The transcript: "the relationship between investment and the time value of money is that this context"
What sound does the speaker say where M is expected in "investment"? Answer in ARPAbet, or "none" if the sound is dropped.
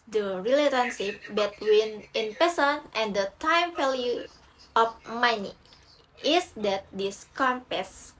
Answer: none